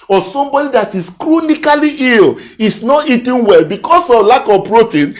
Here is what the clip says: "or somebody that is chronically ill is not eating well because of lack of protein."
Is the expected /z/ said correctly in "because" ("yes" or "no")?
no